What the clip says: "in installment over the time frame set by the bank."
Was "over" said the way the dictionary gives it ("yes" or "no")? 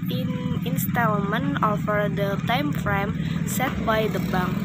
no